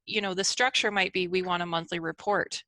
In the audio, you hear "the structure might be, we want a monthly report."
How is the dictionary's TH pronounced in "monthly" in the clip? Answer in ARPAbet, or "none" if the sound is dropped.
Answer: TH